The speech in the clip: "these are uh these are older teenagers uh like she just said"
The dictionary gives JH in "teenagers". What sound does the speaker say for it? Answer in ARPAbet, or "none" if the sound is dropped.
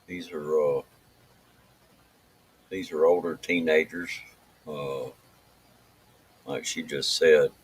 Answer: JH